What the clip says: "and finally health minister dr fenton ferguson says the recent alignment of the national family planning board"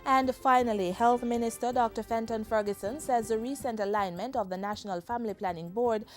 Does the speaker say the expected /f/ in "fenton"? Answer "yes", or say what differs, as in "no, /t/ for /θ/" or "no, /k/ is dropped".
yes